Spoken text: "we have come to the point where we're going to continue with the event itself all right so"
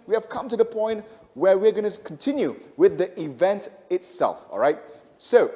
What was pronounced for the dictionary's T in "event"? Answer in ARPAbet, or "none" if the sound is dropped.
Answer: T